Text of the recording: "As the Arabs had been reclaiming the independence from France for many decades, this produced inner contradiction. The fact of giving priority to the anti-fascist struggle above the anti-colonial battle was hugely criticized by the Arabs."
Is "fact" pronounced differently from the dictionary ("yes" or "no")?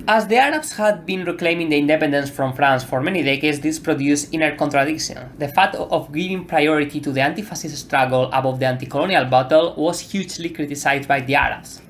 yes